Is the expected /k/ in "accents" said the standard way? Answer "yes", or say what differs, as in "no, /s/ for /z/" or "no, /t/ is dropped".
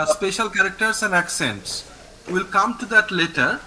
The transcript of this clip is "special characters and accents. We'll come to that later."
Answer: yes